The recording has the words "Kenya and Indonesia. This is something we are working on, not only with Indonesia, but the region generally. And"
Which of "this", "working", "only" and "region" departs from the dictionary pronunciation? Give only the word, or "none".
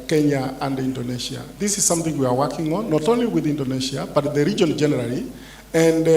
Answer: none